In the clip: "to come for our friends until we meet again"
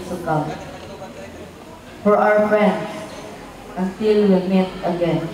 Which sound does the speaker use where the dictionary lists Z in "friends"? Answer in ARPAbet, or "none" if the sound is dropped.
S